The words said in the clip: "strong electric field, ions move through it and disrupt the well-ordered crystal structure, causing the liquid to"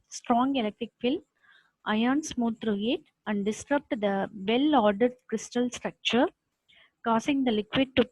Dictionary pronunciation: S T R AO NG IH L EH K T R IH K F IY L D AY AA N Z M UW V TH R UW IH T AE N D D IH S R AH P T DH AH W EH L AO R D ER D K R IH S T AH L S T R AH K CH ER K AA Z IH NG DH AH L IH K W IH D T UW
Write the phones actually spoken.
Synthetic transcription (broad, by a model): S T R AO NG IH L EH K T R IH K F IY L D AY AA N S M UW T R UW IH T AE N D D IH S R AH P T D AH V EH L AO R D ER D K R IH S T AH L S T R AH K CH ER K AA S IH NG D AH L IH K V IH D T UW